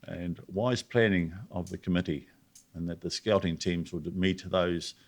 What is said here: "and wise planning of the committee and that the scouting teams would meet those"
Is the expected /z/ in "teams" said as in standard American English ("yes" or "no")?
yes